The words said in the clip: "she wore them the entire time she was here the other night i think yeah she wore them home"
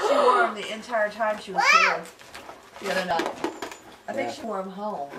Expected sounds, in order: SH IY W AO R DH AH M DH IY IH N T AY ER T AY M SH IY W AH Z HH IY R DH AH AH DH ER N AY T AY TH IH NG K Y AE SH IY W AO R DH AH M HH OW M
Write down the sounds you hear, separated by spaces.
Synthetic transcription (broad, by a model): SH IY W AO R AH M DH IY IH N T AY ER T AY M SH IY W AH Z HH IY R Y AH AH UH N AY AY TH IH NG K SH IY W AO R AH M HH OW M